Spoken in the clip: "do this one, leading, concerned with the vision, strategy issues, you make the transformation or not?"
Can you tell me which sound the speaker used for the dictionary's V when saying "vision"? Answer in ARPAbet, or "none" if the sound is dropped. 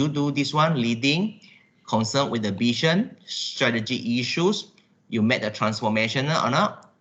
B